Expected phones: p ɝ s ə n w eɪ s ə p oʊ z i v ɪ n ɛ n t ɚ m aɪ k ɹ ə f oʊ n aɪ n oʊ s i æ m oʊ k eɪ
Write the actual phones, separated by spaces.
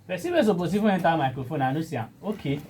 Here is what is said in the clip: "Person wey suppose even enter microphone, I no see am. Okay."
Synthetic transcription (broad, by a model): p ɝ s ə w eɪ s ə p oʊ s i f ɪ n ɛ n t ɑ m aɪ k ɹ ə f oʊ n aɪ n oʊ s i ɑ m oʊ k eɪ